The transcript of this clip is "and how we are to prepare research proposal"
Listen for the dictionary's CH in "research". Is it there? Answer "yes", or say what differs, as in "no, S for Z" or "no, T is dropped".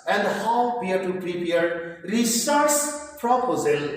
no, S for CH